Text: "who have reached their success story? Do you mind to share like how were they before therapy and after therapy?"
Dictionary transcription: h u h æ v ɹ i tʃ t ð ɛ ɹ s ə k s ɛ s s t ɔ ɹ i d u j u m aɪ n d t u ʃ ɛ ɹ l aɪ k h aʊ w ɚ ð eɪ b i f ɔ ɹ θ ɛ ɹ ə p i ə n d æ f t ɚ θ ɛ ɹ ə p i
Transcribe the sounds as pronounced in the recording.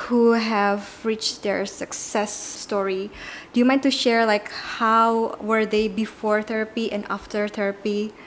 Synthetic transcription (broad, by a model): h u h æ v ɹ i tʃ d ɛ ɹ s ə k s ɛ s s t ɔ ɹ i d u j u m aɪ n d t u ʃ ɛ ɹ l aɪ k h aʊ w ɚ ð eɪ b i f ɔ ɹ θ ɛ ɹ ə p i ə n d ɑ f t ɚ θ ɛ ɹ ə p i